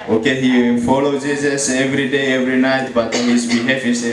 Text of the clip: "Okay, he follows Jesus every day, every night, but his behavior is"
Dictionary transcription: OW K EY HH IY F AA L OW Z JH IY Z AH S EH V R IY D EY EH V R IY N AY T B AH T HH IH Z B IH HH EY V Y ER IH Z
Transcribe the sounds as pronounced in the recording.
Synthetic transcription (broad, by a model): OW K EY HH IY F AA L OW JH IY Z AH S EH V R IY D EY EH V R IY N AY T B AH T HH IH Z B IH HH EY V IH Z